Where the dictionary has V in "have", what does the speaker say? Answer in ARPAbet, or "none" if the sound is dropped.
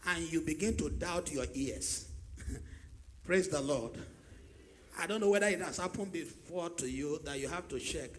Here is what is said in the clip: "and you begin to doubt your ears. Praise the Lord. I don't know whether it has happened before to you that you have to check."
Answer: F